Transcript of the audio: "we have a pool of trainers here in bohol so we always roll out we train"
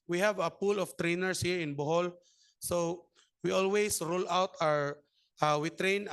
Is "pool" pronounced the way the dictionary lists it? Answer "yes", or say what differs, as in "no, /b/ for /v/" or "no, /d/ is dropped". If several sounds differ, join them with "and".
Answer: yes